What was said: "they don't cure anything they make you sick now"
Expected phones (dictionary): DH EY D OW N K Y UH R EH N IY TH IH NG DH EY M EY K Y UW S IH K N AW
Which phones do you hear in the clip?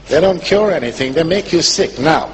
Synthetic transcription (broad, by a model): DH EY D OW N K Y UH R EH N IY TH IH NG DH EY M EY K Y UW S IH K N AW